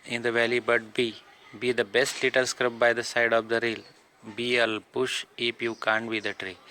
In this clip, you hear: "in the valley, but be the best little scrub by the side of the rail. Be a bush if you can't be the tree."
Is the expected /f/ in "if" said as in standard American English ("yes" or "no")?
no